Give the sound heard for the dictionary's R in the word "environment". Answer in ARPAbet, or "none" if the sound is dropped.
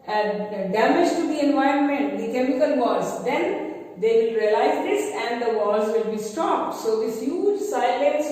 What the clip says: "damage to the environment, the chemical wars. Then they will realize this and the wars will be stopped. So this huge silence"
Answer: R